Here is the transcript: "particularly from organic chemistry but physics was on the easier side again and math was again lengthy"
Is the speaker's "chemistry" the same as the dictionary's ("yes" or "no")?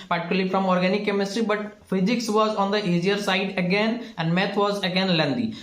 yes